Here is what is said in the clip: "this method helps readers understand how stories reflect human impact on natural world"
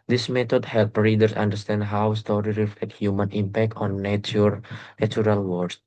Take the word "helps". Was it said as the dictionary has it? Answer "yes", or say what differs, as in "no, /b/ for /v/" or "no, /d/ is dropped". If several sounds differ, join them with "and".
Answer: no, /s/ is dropped